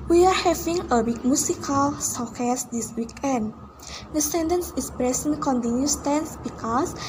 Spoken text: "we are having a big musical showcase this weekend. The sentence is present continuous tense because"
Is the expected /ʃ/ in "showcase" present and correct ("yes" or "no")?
no